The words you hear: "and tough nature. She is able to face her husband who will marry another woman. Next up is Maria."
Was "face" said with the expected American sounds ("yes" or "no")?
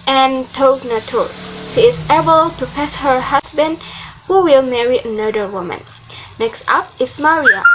no